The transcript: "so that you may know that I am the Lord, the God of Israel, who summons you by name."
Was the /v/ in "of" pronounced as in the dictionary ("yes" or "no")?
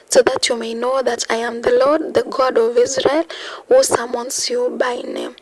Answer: yes